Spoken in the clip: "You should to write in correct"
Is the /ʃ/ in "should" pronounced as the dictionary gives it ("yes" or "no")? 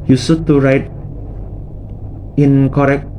no